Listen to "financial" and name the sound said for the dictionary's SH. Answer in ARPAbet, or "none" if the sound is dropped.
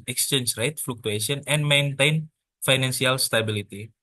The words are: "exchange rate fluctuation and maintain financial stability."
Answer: S